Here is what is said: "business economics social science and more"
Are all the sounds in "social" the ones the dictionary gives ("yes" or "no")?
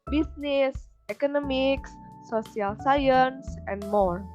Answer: no